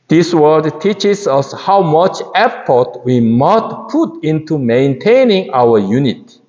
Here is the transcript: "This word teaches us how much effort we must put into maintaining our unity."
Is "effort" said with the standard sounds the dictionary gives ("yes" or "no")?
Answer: no